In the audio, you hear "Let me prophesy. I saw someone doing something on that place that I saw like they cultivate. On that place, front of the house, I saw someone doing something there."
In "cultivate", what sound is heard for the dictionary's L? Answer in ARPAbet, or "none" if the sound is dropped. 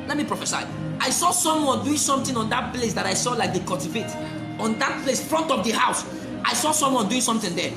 none